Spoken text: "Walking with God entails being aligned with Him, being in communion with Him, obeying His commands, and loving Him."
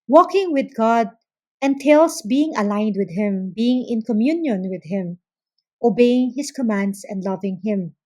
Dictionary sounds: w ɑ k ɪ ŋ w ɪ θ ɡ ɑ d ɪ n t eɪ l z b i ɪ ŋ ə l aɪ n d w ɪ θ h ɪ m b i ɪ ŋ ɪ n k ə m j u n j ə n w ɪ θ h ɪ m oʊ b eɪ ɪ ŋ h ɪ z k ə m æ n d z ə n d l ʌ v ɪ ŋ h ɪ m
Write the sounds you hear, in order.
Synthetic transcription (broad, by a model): w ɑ k ɪ ŋ w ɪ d ɡ ɑ d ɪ n t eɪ l s b i ɪ ŋ ə l aɪ n d w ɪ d h ɪ m b i ɪ ŋ ɪ n k ə m j u n j ə n w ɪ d h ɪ m oʊ b eɪ ɪ ŋ h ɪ s k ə m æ n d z ə n d l ʌ v ɪ ŋ h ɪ m